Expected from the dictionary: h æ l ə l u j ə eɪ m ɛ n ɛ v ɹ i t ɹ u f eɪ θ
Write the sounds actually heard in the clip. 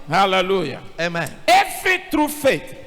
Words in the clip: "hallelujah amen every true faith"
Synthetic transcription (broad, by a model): h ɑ l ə l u j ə eɪ m ɛ n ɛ f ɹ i t ɹ u f eɪ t